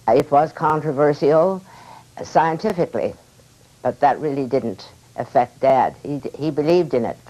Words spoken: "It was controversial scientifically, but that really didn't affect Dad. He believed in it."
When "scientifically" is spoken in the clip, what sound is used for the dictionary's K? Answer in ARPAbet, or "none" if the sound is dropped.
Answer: K